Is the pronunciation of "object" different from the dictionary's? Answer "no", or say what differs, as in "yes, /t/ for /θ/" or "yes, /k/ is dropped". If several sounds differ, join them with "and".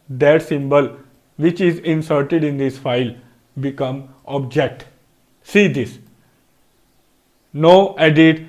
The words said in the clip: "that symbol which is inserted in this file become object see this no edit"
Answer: no